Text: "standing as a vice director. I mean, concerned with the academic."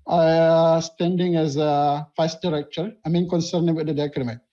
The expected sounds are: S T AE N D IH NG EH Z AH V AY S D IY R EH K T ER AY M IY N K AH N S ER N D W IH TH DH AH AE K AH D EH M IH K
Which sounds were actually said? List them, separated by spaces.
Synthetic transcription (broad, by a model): S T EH N D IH NG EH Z AH F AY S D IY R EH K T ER AY M IY N K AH N S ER N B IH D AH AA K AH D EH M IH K